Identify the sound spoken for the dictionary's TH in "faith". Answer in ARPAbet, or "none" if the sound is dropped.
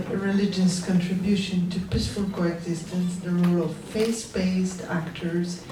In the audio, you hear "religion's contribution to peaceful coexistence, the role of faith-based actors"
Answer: S